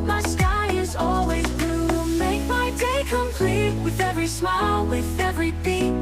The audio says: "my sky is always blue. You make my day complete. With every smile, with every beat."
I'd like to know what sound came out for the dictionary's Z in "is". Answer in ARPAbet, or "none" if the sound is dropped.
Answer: Z